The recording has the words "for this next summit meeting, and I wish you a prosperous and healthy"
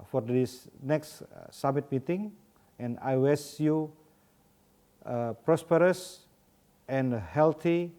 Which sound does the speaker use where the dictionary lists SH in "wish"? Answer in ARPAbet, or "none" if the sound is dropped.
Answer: S